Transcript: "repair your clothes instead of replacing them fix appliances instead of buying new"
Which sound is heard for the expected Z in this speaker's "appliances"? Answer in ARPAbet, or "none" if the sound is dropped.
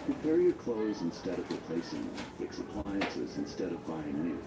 Z